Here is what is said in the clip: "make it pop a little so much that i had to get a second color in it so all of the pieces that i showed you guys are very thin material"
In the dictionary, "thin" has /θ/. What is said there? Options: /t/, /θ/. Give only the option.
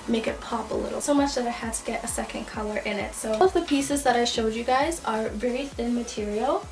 /θ/